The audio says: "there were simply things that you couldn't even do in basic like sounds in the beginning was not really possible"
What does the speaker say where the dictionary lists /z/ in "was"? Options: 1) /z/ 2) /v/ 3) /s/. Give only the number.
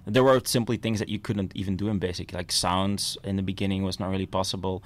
1